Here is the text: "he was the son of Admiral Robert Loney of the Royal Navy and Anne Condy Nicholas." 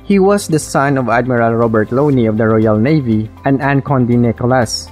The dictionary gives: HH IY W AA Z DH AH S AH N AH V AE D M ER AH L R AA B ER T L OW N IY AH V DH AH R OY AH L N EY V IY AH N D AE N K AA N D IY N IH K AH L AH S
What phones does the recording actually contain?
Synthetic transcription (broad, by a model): HH IY W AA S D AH S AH N AH V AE D M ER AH L R AA B ER T L OW N IY AH V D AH R OY AH L N EY V IY AH N D AE N K AA N D IY N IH K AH L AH S